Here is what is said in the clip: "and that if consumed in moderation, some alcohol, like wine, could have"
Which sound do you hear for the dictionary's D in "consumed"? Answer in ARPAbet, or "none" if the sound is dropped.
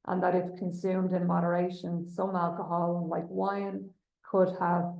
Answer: D